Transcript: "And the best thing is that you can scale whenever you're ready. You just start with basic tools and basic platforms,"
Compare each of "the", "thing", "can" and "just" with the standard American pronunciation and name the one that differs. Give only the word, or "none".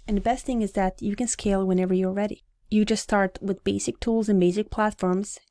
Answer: none